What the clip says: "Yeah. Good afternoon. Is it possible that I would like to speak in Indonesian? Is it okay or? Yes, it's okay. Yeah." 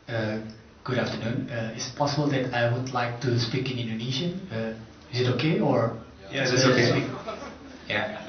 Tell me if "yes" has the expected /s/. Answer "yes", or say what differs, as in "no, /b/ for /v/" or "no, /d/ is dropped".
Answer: no, /s/ is dropped